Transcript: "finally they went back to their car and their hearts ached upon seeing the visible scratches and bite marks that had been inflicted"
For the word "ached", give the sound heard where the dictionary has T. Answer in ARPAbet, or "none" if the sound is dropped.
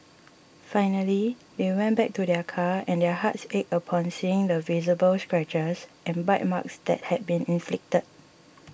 none